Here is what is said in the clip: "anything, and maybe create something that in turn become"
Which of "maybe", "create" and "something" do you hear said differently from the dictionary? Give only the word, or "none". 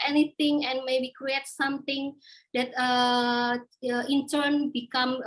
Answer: something